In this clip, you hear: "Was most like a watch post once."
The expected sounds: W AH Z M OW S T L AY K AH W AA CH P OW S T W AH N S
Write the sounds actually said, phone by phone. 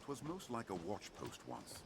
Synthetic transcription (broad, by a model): W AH Z M OW S T L AY K AH W AA CH P OW S T W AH N S